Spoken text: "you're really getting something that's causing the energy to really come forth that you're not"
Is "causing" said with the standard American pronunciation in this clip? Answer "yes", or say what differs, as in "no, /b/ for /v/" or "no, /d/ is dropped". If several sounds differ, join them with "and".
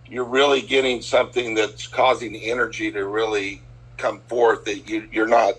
yes